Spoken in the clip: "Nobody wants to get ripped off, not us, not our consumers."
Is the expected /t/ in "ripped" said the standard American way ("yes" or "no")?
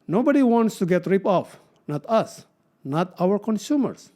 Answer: no